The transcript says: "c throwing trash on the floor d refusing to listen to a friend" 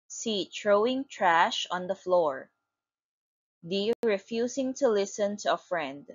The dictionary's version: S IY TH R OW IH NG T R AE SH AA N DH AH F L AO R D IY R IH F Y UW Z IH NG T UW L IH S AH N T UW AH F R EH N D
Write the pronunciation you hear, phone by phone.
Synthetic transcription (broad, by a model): S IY T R OW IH NG T R AE SH AA N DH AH F L AO R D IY R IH F Y UW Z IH NG T UW L IH S AH N T UW AH F R EH N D